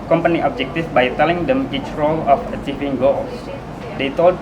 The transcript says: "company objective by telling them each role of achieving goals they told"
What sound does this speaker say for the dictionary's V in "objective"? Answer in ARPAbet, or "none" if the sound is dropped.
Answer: F